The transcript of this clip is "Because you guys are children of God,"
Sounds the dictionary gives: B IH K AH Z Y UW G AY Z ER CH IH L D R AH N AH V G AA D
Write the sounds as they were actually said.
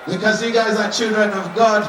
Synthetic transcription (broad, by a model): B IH K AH Z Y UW G AY Z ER CH IH L D R AH N AH V G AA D